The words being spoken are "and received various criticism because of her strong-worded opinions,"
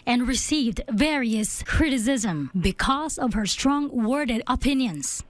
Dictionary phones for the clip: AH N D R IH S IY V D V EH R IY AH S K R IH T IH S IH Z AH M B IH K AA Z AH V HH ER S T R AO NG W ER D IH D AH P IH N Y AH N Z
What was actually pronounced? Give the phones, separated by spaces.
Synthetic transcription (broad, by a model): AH N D R IH S IY V D V EH R IY AH S K R IH T IH S IH Z AH M B IH K AA Z AH V HH ER S T R AO NG W ER D IH D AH P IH N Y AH N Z